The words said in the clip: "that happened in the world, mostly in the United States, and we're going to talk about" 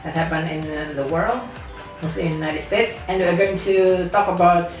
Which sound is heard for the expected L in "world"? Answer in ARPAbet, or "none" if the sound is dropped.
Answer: L